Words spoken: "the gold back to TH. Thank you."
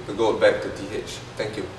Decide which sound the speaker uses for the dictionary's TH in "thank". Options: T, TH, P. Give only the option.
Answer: T